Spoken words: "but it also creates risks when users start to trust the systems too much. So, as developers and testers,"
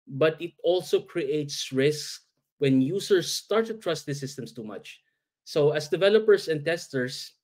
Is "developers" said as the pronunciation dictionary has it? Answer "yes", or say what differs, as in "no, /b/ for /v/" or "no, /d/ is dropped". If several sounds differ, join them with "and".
no, /s/ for /z/